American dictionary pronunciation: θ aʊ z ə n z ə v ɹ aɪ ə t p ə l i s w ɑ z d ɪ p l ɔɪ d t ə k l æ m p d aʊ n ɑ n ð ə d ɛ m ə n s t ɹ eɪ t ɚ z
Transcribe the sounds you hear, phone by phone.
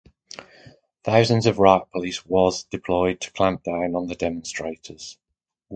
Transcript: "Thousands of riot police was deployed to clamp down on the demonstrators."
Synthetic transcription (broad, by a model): θ aʊ z ə n z ə v ɹ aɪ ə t p ə l i s w ɑ z d ɪ p l ɔɪ d t ə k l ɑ m p d aʊ n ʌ n ð ə d ɛ m ə n s t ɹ eɪ t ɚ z